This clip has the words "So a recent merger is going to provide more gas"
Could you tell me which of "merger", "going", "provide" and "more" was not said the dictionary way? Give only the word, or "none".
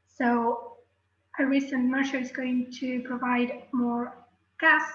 merger